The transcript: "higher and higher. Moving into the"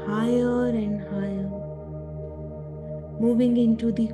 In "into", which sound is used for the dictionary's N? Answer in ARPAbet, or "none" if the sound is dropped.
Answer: N